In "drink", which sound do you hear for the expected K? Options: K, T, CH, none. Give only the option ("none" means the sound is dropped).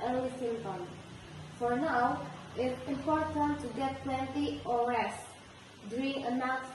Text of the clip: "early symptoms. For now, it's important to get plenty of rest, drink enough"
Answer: none